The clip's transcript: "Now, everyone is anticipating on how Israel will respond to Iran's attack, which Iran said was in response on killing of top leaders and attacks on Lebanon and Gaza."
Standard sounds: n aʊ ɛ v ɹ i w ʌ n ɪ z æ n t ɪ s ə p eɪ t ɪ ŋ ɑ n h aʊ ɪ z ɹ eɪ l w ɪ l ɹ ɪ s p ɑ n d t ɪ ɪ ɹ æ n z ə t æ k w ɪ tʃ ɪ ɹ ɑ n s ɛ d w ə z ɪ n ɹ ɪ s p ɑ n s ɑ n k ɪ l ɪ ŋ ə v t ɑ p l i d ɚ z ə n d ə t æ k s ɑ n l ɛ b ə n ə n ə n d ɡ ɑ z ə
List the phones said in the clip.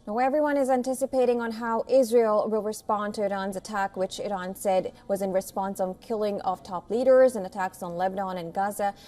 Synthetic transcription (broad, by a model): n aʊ ɛ v ɹ i w ʌ n ɪ z æ n t ɪ s ə p eɪ t ɪ ŋ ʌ n h aʊ ɪ z ɹ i l w ɪ l ɹ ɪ s p ɑ n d t ɪ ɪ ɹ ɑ n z ə t æ k w ɪ tʃ ɪ ɹ ɑ n s ɛ d w ə z ɪ n ɹ ɪ s p ɑ n s n k ɪ l ɪ ŋ ə v t ɑ p l i d ɚ z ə n ə t æ k s n l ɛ b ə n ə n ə n ɡ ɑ z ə